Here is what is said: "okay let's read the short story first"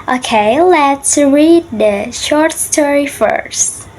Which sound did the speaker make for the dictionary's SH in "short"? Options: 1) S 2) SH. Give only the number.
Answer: 2